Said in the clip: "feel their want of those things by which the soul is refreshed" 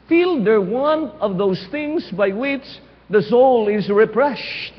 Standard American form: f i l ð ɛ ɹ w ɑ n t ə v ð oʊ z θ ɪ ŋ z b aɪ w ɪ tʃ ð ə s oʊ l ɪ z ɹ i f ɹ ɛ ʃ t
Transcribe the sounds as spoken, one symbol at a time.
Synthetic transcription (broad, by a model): f i l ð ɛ ɹ w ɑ n ə v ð oʊ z θ ɪ ŋ z b aɪ w ɪ tʃ ð ə s oʊ l ɪ z ɹ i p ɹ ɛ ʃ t